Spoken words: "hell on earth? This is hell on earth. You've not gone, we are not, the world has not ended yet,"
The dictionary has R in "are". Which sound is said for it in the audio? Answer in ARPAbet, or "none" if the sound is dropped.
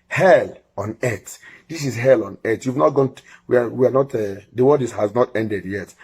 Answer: W